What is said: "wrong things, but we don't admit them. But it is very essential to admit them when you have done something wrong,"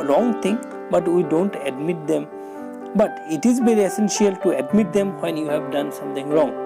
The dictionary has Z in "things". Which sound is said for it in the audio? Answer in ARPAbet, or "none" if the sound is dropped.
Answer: none